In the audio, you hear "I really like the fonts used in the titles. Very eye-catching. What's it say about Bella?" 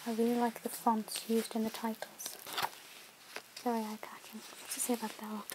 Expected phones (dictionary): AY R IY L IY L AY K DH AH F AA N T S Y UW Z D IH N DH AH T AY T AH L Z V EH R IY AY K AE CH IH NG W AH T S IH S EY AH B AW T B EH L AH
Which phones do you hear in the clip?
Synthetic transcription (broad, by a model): AY R IY L IY L AY K DH AH F AA N T S Y UW Z D IH N DH AH T AY T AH L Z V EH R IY AY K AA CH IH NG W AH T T IH S EY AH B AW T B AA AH